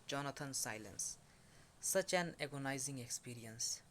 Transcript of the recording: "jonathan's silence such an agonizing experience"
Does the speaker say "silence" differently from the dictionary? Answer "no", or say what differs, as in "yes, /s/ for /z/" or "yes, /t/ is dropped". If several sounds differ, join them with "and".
no